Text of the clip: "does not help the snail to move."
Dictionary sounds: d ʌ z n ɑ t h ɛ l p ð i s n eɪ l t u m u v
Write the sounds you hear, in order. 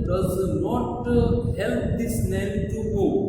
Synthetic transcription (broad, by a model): d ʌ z n ɑ t h ɛ l p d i s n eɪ n t u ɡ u